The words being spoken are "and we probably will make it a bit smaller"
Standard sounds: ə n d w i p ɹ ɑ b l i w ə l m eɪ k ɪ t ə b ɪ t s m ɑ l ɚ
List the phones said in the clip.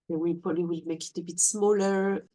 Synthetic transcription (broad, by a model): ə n w i p ɑ l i w ə l m eɪ k ɪ t ə b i t s m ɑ l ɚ